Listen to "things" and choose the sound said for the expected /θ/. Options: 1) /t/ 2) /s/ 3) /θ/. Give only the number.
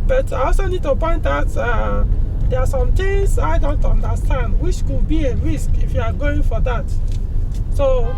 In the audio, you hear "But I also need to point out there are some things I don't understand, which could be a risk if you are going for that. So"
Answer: 1